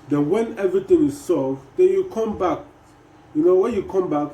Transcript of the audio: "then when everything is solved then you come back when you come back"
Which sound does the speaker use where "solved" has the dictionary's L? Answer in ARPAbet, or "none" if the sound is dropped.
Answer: none